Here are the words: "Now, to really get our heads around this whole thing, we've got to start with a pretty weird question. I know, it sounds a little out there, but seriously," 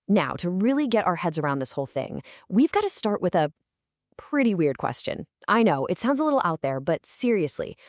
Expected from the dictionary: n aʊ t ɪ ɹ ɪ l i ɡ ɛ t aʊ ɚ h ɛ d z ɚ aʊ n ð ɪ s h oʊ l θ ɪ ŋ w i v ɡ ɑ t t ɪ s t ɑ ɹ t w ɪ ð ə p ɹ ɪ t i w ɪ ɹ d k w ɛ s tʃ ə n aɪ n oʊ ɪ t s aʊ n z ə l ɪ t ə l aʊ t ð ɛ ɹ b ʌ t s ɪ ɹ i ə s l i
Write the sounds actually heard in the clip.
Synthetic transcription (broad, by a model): n aʊ t ɪ ɹ ɪ l i ɡ ɛ t aʊ ɚ h ɛ d z ɚ aʊ n ð ɪ s h oʊ l θ ɪ ŋ w i v ɡ ɑ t t ɪ s t ɑ ɹ t w ɪ ð ə p ɹ ɪ t i w ɪ ɹ d k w ɛ s tʃ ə n aɪ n oʊ ɪ t s aʊ n z ə l ɪ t l aʊ t ð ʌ ɹ b ʌ t s ɪ ɹ i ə s l i